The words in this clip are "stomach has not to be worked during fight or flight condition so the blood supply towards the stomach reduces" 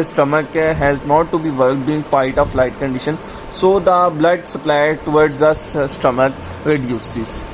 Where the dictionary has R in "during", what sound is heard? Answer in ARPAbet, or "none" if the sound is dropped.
none